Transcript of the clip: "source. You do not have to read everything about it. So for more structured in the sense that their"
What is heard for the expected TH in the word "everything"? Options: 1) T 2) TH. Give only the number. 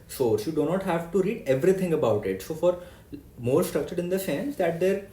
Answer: 1